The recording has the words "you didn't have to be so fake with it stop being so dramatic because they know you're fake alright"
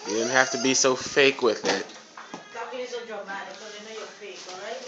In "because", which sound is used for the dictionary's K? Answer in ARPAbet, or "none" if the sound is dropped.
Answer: none